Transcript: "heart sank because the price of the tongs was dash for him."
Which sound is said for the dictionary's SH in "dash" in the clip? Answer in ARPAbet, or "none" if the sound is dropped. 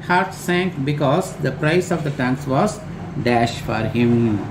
SH